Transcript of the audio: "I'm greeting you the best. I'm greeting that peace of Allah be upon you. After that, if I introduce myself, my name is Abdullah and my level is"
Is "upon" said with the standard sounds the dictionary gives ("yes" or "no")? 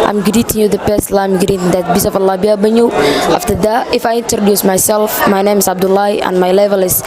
no